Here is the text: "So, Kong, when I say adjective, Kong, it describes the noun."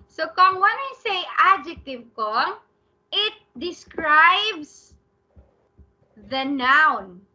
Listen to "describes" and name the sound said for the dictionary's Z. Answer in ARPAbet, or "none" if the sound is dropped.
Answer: S